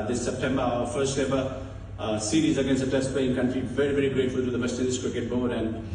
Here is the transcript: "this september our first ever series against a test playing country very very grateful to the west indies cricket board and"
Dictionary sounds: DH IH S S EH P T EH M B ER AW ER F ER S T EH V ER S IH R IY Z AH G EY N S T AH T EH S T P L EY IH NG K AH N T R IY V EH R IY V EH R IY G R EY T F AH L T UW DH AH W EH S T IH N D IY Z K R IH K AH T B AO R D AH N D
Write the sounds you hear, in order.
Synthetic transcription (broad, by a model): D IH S S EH P T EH M B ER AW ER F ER S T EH B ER S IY R IY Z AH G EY N S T AH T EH S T P L EY IH NG K AH N T R IY V EH R IY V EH R IY G R EY T F AH L T UW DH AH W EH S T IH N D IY S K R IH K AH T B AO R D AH N D